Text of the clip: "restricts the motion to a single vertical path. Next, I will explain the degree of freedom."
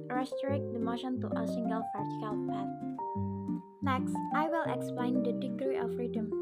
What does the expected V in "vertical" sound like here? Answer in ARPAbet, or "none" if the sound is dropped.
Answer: P